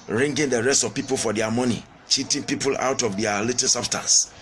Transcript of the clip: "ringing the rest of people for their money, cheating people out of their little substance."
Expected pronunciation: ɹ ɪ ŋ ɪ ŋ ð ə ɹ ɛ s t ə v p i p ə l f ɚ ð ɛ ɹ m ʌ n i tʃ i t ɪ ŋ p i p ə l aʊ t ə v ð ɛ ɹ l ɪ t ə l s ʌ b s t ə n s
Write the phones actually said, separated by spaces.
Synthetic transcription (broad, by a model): ɹ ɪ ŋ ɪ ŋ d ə ɹ ɛ s t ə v p i p ə l f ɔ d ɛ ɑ m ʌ n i tʃ i t ɪ ŋ p i p ə l aʊ t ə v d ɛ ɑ l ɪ t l s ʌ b s t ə n s